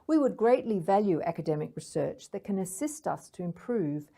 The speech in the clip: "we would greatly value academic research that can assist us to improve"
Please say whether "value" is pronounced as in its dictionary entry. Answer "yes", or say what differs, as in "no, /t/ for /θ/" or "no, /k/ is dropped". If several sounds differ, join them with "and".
yes